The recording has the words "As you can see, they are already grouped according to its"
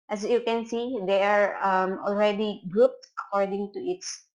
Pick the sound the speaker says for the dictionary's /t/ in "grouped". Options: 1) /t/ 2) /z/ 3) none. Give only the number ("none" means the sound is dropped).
1